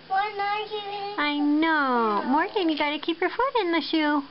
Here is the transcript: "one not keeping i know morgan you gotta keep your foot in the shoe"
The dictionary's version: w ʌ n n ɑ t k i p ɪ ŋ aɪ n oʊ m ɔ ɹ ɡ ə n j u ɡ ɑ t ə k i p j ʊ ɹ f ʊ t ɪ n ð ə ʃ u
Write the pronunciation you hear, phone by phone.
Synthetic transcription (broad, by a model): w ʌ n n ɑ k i ɪ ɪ n oʊ m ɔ ɹ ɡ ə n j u ɡ ɑ t ə k i p j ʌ ɹ f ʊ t ɪ n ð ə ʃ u